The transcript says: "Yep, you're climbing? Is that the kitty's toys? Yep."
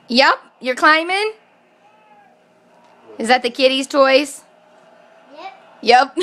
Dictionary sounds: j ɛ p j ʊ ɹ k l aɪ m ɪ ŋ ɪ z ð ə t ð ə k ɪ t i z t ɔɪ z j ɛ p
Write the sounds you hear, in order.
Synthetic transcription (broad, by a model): j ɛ p j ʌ ɹ k l aɪ m ɪ ŋ ɪ z ð ə t ð ə k ɪ t i z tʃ ɔɪ s j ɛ p